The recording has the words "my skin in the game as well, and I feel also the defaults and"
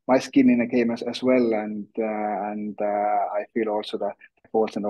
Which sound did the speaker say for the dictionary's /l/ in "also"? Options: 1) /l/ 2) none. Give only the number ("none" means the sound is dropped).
1